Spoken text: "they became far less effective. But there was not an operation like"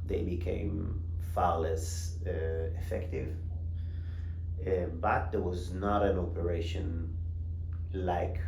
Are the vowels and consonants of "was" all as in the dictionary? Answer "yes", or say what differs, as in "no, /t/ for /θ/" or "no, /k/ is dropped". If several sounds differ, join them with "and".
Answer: yes